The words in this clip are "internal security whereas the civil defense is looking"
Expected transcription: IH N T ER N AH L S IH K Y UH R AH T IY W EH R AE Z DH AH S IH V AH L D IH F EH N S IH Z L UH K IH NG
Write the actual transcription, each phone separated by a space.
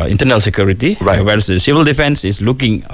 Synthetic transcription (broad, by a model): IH N T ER N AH L S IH K Y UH R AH T IY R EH W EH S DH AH S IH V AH L D IH F EH N S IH S L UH K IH NG